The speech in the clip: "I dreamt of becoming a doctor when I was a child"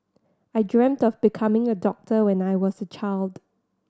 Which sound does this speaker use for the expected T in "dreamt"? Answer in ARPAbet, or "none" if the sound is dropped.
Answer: T